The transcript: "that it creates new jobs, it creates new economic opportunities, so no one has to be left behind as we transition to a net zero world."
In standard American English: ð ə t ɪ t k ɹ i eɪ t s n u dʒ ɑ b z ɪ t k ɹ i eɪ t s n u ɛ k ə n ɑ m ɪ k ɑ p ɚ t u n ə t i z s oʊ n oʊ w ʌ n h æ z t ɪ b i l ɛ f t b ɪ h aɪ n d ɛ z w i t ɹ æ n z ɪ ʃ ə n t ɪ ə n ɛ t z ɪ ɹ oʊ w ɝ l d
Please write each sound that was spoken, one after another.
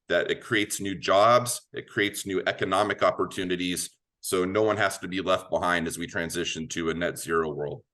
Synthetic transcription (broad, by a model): ð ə t ɪ t k ɹ i eɪ t s n u dʒ ɑ b z ɪ t k ɹ i eɪ t s n u ɛ k ə n ɑ m ɪ k ɑ p ɚ t u n ə t i z s oʊ n oʊ w ʌ n h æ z t ɪ b i l ɛ f t b ɪ h aɪ n d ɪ z w i t ɹ æ n z ɪ ʃ ə n t ɪ ə n ɛ t z ɪ ɹ oʊ w ɝ l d